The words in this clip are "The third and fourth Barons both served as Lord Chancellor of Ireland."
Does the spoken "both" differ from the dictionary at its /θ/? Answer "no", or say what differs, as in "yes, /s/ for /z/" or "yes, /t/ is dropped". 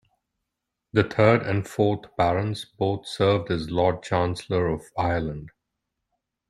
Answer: yes, /t/ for /θ/